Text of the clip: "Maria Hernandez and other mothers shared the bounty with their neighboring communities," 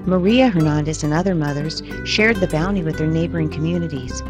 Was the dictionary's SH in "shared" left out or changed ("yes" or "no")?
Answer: no